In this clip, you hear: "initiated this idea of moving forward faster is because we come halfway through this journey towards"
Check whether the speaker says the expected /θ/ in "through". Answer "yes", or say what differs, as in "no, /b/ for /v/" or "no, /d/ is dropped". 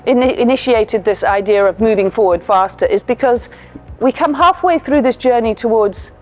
yes